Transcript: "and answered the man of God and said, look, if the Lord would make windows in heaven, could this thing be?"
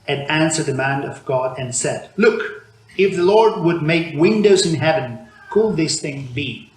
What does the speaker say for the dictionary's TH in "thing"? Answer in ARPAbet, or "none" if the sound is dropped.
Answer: TH